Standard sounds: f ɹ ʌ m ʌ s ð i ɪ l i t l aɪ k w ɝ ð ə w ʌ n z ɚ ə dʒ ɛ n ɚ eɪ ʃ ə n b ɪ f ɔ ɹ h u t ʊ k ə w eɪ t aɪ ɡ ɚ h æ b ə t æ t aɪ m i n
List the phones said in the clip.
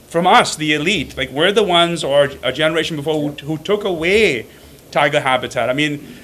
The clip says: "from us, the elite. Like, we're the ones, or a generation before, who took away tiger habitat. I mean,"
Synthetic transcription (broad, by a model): f ɹ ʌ m ʌ s ð i ɪ l i t l aɪ k w ɝ ð ə w ʌ n z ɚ ə dʒ ɛ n ɚ eɪ ʃ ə n b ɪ f ɔ ɹ h u t ʊ k ə w eɪ t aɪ ɡ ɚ h æ b ə t æ t aɪ m i n